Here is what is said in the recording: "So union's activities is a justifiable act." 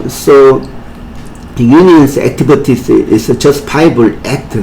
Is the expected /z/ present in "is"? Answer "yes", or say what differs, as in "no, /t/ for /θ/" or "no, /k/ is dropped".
no, /s/ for /z/